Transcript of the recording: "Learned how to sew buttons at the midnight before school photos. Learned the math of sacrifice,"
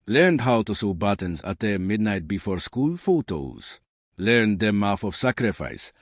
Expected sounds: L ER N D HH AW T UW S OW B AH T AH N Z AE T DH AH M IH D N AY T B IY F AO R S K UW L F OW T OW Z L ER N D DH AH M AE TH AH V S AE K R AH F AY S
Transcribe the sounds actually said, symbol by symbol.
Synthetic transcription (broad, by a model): L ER N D HH AW T UW S OW B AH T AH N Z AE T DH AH M IH D N AY T B IY F AO R S K UW L F OW T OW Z L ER N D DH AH M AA F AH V S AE K R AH F AY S